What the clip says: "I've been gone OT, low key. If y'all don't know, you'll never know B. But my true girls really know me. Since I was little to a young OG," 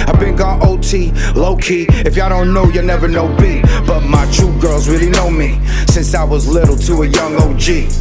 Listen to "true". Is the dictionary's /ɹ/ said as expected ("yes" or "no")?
no